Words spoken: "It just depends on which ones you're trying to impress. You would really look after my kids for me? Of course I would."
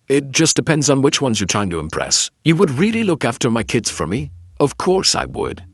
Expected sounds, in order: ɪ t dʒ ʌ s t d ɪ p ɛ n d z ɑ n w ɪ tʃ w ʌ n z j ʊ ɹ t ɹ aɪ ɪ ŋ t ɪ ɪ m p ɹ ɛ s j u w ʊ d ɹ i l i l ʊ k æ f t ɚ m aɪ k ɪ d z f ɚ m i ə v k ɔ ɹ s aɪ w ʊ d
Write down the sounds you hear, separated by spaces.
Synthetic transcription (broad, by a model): ɪ t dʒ ʌ s d ɪ p ɛ n d z n w ɪ tʃ w ʌ n z j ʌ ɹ t ɹ aɪ ɪ ŋ t ɪ ɪ m p ɹ ɛ s j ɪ w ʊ d ɹ i l i l ʊ k æ f t ɚ m aɪ k ɪ d z f ɚ m i ə v k ɔ ɹ s aɪ w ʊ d